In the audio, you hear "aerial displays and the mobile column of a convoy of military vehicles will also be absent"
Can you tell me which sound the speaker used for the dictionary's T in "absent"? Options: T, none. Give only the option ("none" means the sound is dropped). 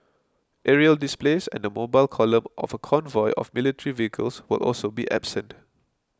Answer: T